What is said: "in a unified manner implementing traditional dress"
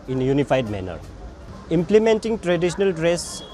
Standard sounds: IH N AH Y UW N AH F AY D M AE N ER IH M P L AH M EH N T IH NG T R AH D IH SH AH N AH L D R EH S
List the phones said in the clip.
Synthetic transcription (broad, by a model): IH N Y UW N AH P AY D M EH N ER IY M P L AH M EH N T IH NG T R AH D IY S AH N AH L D R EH S